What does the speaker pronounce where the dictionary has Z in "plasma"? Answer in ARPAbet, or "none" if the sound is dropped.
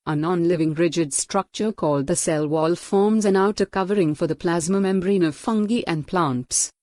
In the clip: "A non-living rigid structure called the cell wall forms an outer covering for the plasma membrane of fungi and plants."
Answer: Z